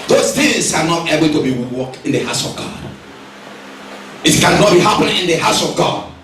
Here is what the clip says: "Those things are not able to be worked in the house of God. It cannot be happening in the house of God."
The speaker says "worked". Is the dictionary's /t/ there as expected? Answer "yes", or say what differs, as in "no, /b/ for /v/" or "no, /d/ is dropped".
no, /t/ is dropped